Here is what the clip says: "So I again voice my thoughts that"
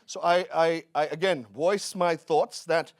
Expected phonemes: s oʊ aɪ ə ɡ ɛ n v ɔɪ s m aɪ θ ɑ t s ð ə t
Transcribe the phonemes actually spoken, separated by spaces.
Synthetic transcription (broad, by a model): s oʊ aɪ ə ɡ ɛ n v ɔɪ s m aɪ θ ɑ t s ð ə t